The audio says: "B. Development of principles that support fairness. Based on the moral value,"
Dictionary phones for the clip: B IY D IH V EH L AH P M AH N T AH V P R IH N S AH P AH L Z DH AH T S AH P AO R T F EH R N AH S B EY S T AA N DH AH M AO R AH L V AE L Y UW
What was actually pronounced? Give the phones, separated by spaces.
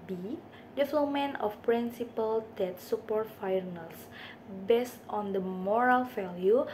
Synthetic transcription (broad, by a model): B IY D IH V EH L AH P M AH N AH F P R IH N S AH P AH L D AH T S AH P AO R T F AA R N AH S B EY S T AA N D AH M AO R AH L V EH L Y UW